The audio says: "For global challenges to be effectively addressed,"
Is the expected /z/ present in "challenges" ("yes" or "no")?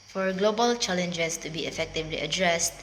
no